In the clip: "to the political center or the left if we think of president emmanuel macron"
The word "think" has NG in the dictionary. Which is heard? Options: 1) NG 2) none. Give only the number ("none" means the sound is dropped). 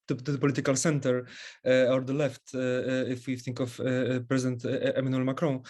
1